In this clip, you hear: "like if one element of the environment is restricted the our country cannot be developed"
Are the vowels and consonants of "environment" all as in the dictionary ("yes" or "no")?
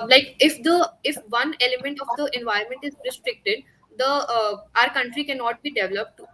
no